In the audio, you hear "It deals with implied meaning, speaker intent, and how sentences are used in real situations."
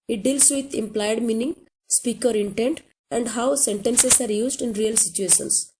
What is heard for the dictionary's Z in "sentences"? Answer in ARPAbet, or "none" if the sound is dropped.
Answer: S